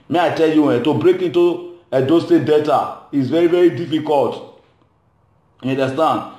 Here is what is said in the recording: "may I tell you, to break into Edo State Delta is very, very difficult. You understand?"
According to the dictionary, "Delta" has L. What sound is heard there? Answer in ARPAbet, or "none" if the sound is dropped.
none